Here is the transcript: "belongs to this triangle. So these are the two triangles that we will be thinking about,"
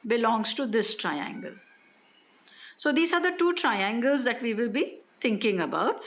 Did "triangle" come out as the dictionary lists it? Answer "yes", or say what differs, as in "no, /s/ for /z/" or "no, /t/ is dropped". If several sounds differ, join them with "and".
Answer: yes